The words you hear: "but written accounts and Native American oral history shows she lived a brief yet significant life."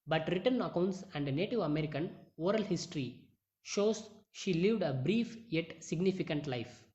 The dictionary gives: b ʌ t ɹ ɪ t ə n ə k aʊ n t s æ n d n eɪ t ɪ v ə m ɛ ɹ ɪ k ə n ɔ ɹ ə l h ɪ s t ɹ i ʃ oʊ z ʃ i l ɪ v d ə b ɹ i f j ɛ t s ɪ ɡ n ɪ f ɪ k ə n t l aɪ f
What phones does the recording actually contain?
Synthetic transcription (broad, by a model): b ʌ t ɹ ɪ t ə n ə k aʊ n t s æ n d n eɪ t ɪ v ə m ɛ ɹ ɪ k ə n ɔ ɹ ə l h ɪ s t ɹ i ʃ oʊ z ʃ i l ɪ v d ə b ɹ i f j ɛ t s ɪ ɡ n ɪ f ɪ k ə n t l aɪ f